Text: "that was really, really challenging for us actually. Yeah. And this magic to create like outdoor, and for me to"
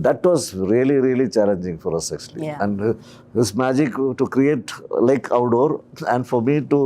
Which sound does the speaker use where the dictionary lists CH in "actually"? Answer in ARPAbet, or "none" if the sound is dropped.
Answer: S